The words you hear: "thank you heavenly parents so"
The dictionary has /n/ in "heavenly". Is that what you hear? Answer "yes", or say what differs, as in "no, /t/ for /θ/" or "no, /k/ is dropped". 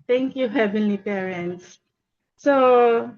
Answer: yes